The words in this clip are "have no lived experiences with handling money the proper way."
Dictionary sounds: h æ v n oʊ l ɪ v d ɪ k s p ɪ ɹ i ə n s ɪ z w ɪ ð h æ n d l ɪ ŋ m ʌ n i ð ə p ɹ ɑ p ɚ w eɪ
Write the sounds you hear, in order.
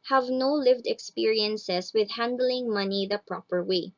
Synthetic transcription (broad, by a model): h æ v n oʊ l ɪ v d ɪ k s p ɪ ɹ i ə n s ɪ s w ɪ ð h æ n d l ɪ ŋ m ʌ n i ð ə p ɹ ɑ p ɚ w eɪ